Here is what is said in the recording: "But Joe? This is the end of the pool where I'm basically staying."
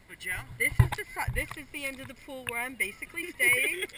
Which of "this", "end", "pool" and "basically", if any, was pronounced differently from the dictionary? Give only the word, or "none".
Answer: none